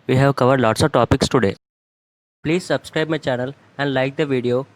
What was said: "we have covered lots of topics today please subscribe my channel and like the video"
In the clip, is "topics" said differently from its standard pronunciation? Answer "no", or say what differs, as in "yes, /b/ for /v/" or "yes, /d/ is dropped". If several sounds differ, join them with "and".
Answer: no